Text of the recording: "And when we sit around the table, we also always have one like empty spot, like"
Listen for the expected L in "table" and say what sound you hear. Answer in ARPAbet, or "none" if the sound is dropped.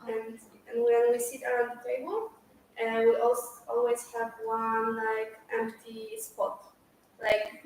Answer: N